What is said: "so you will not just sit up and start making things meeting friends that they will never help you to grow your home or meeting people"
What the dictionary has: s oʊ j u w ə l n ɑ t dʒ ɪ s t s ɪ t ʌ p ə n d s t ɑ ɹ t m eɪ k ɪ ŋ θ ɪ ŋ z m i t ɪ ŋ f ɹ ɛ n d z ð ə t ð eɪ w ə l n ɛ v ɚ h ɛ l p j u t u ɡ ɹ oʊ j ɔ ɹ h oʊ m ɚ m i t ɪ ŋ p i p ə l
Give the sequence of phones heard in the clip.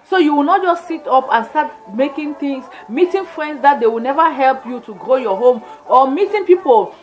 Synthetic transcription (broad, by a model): s oʊ j u w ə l n ɑ t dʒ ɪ s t s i t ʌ p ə n s t ɑ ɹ t m eɪ k ɪ ŋ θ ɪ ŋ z m i t ɪ ŋ f ɹ ɛ n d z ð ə t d eɪ w ə l n ɛ v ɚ h ɛ l p j u t u ɡ ɹ oʊ j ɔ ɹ h oʊ m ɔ m i t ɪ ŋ p i p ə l